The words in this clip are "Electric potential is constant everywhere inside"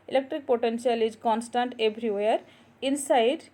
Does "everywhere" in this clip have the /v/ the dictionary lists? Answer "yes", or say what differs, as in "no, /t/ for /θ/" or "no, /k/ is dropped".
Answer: no, /b/ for /v/